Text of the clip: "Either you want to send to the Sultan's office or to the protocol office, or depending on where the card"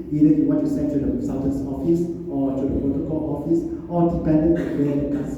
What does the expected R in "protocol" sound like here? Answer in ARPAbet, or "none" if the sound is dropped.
none